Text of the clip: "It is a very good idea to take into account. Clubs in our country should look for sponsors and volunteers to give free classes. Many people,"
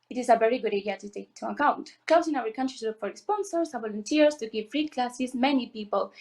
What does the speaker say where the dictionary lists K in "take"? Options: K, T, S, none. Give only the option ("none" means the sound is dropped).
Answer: none